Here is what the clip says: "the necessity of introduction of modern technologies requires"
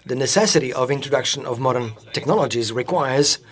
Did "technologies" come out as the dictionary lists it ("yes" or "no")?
yes